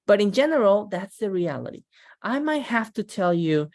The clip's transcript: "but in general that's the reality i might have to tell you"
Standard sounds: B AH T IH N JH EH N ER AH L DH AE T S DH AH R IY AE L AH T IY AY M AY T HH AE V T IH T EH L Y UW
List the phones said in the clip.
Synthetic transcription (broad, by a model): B AH T IH N JH EH N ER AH L DH AE T S DH AH R IY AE L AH T IY AY M AY T HH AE F T IH T EH L Y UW